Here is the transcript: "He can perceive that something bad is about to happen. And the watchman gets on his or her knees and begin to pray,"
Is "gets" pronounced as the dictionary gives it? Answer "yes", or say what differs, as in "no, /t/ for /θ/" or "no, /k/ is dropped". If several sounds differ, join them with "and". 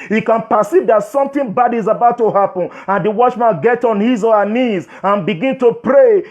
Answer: no, /s/ is dropped